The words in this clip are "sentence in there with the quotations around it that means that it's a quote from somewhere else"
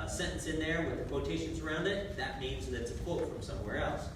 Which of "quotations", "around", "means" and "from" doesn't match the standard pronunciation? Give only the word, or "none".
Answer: none